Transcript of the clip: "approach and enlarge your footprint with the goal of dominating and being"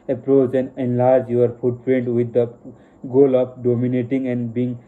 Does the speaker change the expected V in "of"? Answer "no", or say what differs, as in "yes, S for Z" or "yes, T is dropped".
yes, P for V